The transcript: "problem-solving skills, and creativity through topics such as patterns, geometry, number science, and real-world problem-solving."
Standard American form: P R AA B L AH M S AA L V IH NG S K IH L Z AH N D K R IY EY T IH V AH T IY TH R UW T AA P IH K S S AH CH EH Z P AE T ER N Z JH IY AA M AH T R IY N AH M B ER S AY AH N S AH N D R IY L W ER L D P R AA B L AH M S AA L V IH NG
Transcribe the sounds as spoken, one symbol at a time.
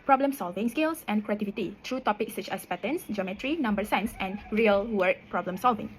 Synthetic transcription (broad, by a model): P R AA B L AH M S AA L V IH NG S K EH L S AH N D K R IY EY T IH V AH T IY T R UW T AA P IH K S S AH CH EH S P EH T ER N S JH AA M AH T R IY N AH M B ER S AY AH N S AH N R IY L W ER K P R AA B L AH M S AA L V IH NG